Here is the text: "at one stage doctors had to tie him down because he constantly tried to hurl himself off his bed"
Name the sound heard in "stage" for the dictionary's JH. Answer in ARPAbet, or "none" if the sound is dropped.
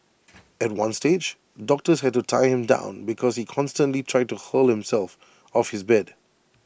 JH